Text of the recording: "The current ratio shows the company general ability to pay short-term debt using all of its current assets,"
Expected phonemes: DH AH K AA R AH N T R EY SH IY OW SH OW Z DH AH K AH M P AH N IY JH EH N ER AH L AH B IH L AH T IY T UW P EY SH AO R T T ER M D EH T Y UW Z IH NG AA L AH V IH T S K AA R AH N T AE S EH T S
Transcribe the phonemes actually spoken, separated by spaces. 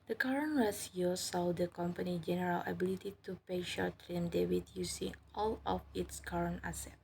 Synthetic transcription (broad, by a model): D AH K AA R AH N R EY S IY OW S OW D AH K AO M P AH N IY JH EH N ER AH L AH B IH L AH T IY T UW P EY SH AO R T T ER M D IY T Y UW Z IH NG AA L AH F IH T S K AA R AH N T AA S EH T